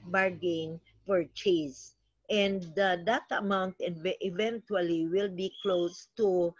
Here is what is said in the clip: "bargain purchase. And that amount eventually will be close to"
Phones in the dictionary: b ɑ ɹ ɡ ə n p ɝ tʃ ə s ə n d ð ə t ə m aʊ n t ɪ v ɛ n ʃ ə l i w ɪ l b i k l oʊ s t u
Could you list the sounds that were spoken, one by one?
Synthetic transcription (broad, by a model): b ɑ ɹ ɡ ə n f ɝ tʃ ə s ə n d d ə t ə m aʊ n t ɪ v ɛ n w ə l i w ɪ l b i k l oʊ s t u